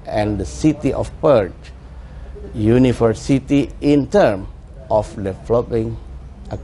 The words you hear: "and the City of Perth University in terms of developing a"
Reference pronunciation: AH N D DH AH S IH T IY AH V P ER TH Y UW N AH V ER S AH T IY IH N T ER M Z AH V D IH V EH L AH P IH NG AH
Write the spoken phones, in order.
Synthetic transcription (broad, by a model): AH N D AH S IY T IY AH F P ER T Y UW N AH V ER S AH T IY IH N T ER M AH F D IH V L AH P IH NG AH